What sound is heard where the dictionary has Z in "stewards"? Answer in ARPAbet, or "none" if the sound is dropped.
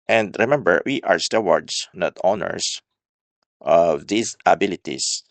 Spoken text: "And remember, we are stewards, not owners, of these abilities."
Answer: S